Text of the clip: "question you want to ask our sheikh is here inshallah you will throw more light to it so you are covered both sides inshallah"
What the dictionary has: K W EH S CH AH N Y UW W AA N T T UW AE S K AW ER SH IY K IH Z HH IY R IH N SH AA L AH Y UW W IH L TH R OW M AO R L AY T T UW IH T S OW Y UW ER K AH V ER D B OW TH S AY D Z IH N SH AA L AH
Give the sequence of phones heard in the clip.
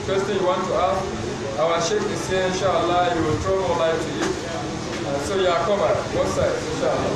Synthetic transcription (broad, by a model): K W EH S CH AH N Y UW W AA N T T UW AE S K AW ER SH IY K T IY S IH N SH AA L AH Y UW W IH L T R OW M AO L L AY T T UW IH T S OW Y UW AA K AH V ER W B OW S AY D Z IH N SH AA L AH